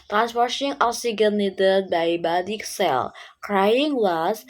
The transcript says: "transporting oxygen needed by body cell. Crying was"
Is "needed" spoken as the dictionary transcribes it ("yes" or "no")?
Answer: no